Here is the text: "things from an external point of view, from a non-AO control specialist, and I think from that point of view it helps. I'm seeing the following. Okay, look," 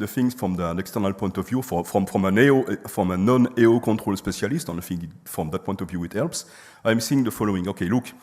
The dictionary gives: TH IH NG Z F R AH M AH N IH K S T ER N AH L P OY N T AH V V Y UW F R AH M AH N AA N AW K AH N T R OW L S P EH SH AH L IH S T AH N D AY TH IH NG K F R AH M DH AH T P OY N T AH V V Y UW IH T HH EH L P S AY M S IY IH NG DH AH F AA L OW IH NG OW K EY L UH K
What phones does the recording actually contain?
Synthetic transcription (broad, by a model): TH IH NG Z F R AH M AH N IH K S T ER N AH L P OY N T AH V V Y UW F R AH M AH N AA N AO K AH N T R OW L S P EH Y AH L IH S T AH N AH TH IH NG F R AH M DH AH T P OY N T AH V V Y UW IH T HH EH L P S AY M S IY IH NG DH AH F AA L OW IH NG OW K EY L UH K